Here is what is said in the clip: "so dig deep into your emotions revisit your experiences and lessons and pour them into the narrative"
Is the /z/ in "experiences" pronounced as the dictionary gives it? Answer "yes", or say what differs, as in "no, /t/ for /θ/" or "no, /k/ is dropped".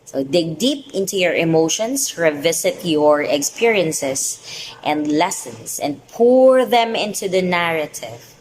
no, /s/ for /z/